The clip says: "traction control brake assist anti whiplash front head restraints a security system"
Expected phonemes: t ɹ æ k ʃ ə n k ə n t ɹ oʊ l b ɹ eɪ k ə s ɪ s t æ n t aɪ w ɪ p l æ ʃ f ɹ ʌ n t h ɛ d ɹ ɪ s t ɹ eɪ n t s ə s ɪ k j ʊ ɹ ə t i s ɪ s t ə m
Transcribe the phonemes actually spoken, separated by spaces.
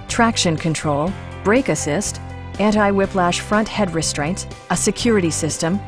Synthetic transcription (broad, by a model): t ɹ æ k ʃ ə n k ə n t ɹ oʊ l b ɹ eɪ k ə s ɪ s t æ n t aɪ w ɪ p l æ ʃ f ɹ ʌ n t h ɛ d ɹ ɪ s t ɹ eɪ n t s ə s ɪ k j ʊ ɹ ə t i s ɪ s t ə m